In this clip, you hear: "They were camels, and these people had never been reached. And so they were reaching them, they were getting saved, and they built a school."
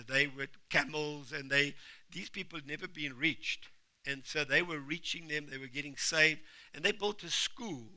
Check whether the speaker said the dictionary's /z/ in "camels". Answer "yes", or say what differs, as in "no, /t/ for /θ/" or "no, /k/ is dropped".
yes